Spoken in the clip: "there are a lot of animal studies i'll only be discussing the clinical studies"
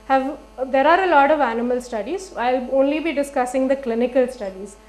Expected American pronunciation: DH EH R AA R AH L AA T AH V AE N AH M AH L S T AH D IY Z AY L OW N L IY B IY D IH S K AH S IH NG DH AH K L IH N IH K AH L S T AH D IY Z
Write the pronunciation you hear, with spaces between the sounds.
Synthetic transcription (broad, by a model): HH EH R AA R AH L AA T AH V AE N AH M AH L S T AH D IY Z AY L OW N L IY B IY D IH S K AH S IH NG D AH K L IH N IH K AH L S T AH D IY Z